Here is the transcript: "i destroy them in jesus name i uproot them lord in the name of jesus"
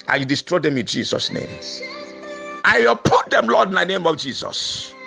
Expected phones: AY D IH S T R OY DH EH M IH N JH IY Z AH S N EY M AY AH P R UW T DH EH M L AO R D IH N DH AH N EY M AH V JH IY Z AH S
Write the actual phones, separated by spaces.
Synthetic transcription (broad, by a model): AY D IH S T R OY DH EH M IH N JH IY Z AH S N EY M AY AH P UW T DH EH M L AO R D IH N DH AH N EY M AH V JH IY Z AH S